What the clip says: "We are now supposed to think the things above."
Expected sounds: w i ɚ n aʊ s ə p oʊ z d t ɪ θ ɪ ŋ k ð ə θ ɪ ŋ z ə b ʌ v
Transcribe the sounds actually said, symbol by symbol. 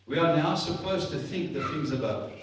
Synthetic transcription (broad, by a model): w i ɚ n aʊ s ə p oʊ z t ɪ θ ɪ ŋ k ð ə θ ɪ ŋ z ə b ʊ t